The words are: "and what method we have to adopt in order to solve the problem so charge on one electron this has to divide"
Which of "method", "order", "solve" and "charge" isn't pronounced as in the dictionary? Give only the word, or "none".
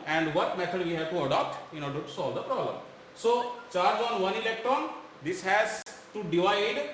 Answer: method